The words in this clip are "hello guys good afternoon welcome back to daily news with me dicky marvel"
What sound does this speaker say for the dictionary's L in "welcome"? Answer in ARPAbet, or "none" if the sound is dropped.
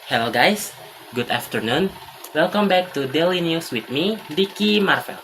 L